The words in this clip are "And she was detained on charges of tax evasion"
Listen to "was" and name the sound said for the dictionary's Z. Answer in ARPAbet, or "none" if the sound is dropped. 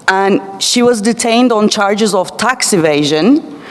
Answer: Z